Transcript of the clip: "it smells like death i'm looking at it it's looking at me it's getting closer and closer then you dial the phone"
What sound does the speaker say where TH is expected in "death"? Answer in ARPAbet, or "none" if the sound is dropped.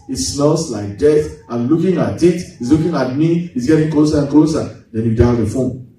T